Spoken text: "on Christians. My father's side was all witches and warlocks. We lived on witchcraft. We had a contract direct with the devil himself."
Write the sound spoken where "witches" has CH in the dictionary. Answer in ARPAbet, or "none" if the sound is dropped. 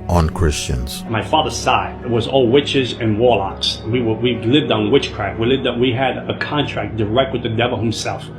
CH